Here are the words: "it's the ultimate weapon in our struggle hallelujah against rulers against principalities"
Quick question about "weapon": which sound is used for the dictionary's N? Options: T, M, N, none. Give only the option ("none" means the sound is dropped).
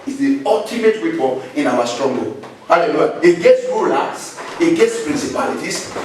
none